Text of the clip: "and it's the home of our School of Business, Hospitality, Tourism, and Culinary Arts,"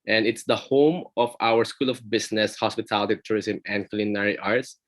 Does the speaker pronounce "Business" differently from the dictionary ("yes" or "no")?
yes